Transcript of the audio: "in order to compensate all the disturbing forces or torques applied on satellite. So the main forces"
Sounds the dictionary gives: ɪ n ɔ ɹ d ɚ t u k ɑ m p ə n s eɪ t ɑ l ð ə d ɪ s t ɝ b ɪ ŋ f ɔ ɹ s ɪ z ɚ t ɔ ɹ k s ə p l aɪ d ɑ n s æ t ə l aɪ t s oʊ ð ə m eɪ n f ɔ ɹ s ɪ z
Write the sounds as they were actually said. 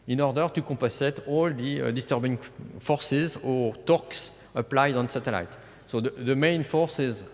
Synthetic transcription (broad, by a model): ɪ n ɔ ɹ d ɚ t u k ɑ p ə s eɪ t ɑ l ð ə d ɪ s t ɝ b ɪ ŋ f ɔ ɹ s ɪ z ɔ t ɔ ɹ k s ə p l aɪ d ɑ n s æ t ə l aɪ t s oʊ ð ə m eɪ n f ɔ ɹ s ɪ z